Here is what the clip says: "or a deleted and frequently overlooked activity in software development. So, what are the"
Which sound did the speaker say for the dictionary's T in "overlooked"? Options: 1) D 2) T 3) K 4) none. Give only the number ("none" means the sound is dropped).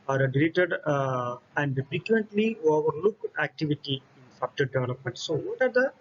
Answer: 4